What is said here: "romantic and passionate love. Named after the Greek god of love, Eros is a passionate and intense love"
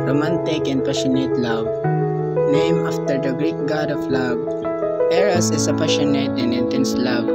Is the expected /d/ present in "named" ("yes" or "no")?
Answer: no